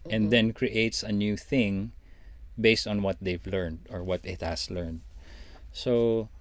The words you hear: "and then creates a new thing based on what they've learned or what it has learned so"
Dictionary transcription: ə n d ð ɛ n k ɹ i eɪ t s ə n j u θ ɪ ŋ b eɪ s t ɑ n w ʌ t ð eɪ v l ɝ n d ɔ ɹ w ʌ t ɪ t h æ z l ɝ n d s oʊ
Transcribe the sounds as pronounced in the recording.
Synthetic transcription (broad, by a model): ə n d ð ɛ n k ɹ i eɪ t s ə n j u θ ɪ ŋ b eɪ s t ɑ n w ʌ t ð eɪ v l ɝ n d ɔ ɹ w ʌ t ɪ t h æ s l ɝ n d s oʊ